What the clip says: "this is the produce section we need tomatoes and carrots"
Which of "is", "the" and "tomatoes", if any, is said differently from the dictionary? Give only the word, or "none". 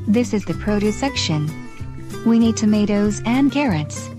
none